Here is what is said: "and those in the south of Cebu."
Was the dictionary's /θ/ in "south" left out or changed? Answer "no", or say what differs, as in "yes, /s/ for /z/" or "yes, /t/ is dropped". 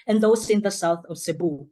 no